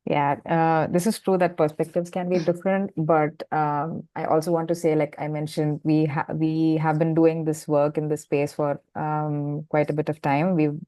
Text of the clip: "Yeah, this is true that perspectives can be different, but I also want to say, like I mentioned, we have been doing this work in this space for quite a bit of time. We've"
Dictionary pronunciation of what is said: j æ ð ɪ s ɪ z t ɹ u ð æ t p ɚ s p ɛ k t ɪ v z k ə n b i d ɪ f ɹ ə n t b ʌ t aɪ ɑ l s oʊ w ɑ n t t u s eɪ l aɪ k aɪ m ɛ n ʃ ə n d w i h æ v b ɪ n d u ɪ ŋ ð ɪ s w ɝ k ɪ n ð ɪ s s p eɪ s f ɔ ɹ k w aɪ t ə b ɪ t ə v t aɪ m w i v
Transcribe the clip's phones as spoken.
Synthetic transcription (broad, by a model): j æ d ɪ s ɪ z t ɹ u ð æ t p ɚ s p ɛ k t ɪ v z k ə n b i d ɪ f ɹ ə n t b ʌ t aɪ ɑ l s oʊ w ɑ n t t u s eɪ l aɪ k aɪ m ɛ n ʃ ə n d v i h æ v b ɪ n d u ɪ ŋ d ɪ s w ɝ k ɪ n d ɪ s s p eɪ s f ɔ ɹ k w aɪ t ə b ɪ t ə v t aɪ m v i